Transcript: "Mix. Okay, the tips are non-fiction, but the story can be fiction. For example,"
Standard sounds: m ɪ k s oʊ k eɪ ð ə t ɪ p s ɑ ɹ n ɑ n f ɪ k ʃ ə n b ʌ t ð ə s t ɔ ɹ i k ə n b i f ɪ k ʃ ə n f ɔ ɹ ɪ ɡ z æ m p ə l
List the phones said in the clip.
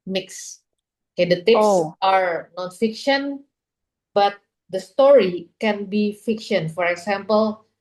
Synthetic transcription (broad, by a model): m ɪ k s oʊ k eɪ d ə t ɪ s ɑ ɹ n ɑ n f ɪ k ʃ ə n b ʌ t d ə s t ɔ ɹ i k ə n b i f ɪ k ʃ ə n f ɔ ɹ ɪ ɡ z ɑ m p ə l